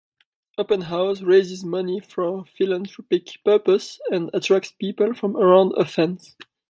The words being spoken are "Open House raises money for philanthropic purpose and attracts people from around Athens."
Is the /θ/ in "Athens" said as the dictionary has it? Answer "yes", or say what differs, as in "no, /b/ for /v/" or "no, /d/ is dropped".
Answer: no, /f/ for /θ/